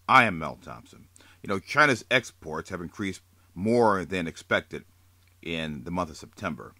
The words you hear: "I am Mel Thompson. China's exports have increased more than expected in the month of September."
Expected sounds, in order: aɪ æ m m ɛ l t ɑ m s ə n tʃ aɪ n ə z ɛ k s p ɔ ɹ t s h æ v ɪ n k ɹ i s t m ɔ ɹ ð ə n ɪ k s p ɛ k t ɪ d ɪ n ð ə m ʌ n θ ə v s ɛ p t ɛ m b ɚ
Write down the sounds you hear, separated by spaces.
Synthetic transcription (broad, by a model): aɪ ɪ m m ɛ l t ɑ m s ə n tʃ aɪ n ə z ɛ k s p ɔ ɹ t s h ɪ v ɪ n k ɹ i s t m ɔ ɹ ð ə n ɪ k s p ɛ k t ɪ d ɪ n ð ə m ʌ n θ ə v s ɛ p t ɛ m b ɚ